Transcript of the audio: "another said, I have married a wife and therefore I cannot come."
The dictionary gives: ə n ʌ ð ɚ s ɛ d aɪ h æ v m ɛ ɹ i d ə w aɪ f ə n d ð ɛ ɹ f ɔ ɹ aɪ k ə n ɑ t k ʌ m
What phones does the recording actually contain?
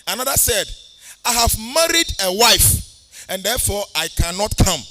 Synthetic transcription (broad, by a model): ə n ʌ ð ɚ s ɛ d aɪ h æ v m ɛ ɹ i d ə w aɪ f ə n d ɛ f ɔ aɪ k ə n ɑ t k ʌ m